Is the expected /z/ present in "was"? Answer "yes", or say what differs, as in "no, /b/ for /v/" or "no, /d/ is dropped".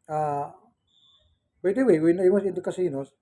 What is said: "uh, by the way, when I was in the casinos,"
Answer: no, /s/ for /z/